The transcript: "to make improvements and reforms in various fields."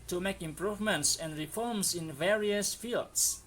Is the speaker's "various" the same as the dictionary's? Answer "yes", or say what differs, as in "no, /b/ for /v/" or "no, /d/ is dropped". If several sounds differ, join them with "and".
yes